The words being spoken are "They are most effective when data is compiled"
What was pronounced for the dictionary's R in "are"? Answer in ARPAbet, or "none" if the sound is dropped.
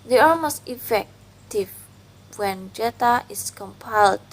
L